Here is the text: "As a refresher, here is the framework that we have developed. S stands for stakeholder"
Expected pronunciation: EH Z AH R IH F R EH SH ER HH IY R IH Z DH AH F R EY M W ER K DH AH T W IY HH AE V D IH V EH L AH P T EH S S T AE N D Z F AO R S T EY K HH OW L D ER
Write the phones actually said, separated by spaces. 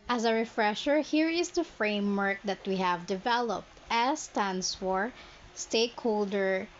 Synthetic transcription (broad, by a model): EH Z AH R IH F R EH SH ER HH IY R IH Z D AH F R EY M W ER K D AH T W IY HH AE V D IH V EH L AH P T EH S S T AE N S F AO R S T EY K HH OW L D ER